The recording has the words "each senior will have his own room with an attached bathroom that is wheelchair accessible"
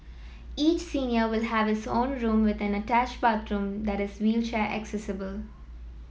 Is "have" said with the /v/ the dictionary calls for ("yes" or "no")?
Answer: yes